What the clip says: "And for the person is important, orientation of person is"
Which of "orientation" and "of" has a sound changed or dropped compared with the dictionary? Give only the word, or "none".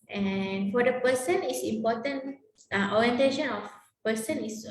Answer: of